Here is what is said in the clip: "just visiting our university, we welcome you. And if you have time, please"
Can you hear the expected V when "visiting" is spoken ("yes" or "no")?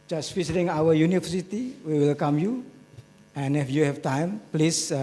no